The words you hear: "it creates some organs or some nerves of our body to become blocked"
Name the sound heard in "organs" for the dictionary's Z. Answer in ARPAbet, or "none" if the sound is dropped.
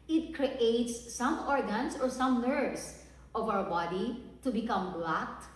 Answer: S